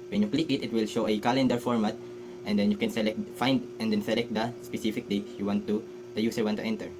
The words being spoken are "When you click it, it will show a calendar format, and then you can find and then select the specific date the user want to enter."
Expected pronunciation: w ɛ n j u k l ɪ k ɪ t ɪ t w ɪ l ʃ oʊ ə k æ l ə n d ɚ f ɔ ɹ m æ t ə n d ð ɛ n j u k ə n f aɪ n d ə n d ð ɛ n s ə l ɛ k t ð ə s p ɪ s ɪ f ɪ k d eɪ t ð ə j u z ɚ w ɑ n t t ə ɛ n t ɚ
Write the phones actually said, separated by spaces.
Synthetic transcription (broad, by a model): w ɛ n j u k l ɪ k ɪ t ɪ t w ɪ l ʃ oʊ ə k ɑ l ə n d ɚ f ɔ ɹ m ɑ t ə n d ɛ n j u k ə n f aɪ n d ə n d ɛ n s ə l ɛ k t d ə s p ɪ s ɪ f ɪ k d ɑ t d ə j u s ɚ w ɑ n t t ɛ n t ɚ